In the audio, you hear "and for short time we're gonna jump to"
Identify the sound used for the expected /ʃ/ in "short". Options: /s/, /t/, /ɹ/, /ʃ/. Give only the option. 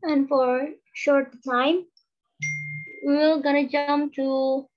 /ʃ/